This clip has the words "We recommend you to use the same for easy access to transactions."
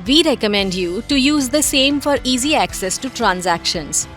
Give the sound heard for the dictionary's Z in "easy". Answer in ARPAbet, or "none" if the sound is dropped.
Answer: Z